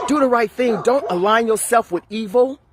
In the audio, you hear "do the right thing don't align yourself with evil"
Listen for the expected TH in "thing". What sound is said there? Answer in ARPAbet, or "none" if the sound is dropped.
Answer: TH